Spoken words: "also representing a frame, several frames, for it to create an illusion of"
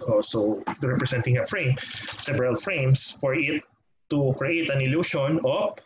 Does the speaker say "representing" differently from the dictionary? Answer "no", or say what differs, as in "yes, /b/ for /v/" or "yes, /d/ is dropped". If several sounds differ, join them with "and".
yes, /s/ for /z/